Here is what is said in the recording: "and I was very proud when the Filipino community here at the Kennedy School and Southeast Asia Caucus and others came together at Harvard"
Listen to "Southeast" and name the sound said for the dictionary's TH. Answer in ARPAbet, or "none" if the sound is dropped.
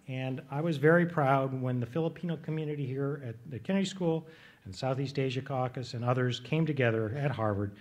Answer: TH